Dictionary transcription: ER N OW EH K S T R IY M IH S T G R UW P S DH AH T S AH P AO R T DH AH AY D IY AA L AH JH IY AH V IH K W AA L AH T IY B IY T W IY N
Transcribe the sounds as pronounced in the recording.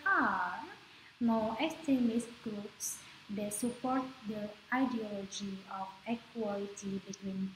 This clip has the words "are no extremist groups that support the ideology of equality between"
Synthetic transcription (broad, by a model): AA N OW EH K S T IY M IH S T G R UW P S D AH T S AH P AO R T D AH AY D IY AA L AH JH IY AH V IH K W AA L AH T IY B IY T W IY N